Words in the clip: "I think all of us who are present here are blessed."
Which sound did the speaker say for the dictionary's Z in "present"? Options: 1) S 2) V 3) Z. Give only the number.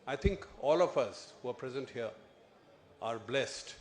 3